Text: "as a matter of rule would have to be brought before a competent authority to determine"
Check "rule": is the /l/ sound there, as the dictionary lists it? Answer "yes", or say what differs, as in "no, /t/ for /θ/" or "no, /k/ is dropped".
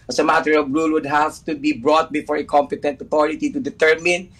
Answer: yes